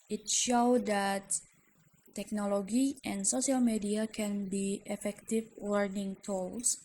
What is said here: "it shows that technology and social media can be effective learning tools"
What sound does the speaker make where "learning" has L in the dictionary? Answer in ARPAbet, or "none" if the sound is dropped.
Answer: W